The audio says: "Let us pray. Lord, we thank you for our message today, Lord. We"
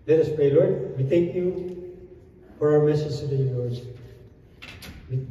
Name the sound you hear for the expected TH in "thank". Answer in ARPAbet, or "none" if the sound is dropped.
T